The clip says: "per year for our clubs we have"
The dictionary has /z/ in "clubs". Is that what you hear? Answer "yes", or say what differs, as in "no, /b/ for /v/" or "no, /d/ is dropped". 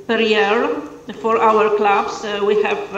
no, /s/ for /z/